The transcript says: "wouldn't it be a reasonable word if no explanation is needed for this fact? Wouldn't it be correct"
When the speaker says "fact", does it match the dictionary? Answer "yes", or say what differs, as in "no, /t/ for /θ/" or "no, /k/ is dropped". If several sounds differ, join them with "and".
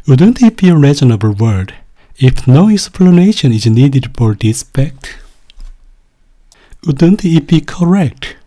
no, /p/ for /f/